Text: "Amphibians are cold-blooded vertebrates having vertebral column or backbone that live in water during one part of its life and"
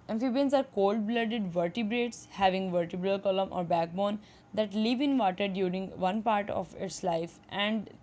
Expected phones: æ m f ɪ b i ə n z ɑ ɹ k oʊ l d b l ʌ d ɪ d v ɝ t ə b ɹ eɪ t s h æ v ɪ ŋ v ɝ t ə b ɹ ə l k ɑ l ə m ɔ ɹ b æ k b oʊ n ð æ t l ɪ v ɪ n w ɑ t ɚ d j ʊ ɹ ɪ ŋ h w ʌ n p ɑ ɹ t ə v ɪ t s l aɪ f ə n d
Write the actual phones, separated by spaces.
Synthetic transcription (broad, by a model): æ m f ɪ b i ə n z ɑ ɹ k oʊ l d b l ʌ d ɪ d v ɝ t ə b ɹ eɪ t s h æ v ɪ ŋ v ɝ t ə b ɹ ə l k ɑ l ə m ɔ ɹ b æ k b oʊ n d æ t l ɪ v ɪ n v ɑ t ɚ d j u ɹ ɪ ŋ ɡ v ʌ n p ɑ ɹ t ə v ɪ t s l aɪ f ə n d